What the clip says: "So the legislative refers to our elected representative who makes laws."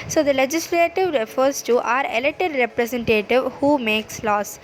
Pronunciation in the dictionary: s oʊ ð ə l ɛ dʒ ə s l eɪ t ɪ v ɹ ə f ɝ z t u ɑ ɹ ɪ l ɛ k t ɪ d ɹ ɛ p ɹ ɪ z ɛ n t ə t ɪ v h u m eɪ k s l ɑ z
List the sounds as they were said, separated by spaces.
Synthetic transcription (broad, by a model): s oʊ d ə l ɛ dʒ ə s l eɪ t ɪ v ɹ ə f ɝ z t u ɑ ɹ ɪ l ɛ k t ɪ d ɹ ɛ p ɹ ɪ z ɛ n t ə t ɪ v h u m eɪ k s l ɑ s